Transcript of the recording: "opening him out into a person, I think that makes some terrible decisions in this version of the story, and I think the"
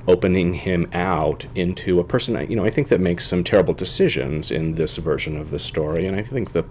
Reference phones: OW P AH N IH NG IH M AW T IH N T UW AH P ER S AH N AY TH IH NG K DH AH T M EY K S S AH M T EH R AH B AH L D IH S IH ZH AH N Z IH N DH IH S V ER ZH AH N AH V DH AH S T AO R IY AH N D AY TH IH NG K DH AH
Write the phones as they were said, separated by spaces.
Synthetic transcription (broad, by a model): OW P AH N IH NG IH M AW T IH N T UW AH P ER S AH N AY TH IH NG K DH AH T M EY K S S AH M T EH R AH B L D IH S IH ZH AH N Z IH N DH IH S V ER ZH AH N AH V DH AH S T AO R IY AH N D AY TH IH NG K DH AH